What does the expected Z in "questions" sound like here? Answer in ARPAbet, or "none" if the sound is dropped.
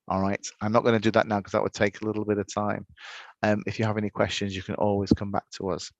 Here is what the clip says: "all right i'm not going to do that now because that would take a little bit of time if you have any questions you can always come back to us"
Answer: Z